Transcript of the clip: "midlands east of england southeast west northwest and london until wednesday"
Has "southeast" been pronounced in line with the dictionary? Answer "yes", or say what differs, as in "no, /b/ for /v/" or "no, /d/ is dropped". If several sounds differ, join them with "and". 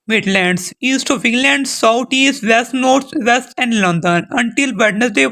no, /t/ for /θ/